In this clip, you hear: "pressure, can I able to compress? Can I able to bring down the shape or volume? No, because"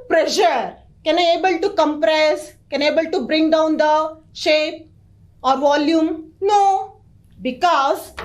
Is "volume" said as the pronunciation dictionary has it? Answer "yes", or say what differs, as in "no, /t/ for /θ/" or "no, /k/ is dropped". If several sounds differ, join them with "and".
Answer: yes